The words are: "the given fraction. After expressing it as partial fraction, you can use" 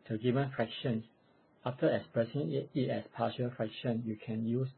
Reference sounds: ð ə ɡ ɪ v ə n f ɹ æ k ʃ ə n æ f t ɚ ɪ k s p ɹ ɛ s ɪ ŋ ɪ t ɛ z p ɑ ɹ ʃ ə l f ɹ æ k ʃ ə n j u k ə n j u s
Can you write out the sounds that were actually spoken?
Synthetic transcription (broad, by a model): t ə ɡ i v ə n f ɹ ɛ k ʃ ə n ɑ f t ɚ ɪ k s p ɹ ɛ s ɪ ŋ ɪ t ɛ s p ɑ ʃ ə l f ɹ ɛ k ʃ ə n j u k ə n j u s